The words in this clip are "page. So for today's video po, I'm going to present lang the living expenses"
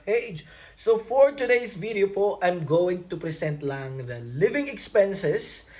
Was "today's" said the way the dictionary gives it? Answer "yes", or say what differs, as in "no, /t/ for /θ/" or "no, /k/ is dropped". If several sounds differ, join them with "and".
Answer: no, /s/ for /z/